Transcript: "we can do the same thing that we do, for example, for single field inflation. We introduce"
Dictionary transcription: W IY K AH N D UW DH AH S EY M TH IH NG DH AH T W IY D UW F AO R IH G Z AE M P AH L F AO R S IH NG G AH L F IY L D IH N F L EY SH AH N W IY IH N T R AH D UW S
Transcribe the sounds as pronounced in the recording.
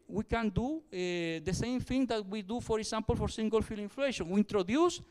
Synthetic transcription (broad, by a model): W IY K AH N D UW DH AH S EY M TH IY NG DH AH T W IY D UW F AO R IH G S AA M P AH L F AO R S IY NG G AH L F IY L IH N F L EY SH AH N W IY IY N T R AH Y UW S